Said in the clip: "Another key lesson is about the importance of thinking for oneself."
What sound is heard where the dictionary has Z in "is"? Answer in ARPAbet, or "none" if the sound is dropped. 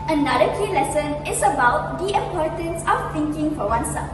S